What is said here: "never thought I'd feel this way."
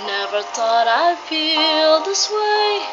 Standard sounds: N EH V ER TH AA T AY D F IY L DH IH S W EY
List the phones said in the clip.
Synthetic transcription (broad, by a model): N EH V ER T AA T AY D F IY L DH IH S W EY